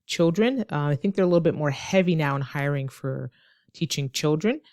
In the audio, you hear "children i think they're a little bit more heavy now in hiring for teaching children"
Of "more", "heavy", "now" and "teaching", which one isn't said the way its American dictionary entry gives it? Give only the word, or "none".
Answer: none